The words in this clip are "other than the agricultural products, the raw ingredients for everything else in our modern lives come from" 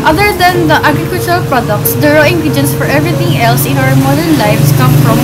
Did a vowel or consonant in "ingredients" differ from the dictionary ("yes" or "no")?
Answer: yes